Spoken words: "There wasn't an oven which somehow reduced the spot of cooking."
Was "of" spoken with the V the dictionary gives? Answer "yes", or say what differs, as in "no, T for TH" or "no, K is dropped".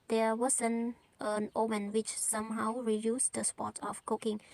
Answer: no, F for V